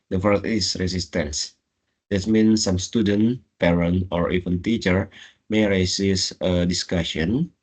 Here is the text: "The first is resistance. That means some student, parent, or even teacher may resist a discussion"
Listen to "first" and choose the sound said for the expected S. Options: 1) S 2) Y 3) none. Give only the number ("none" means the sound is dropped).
3